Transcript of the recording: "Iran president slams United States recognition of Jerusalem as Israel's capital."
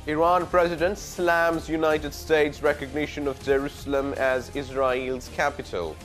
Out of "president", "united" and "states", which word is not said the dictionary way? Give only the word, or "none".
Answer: none